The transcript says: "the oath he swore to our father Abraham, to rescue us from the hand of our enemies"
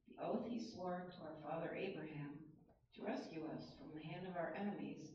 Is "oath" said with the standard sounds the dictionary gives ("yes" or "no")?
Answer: yes